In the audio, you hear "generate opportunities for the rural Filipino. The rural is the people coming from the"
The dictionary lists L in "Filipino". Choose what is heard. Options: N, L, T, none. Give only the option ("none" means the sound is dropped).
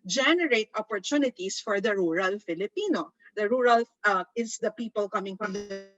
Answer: L